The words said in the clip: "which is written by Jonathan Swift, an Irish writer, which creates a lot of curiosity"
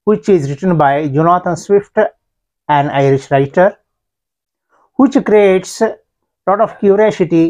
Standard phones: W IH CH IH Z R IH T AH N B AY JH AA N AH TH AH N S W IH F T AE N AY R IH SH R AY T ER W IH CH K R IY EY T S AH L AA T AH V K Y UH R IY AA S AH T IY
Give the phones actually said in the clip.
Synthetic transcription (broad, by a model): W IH CH IH Z R IH T AH N B AY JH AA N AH T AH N S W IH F T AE N AY R IH SH R AY T ER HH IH CH K R IY EY T S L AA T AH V K Y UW R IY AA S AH T IY